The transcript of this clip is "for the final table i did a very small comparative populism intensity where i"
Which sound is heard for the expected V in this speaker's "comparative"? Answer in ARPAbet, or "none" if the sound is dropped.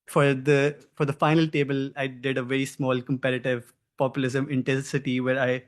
V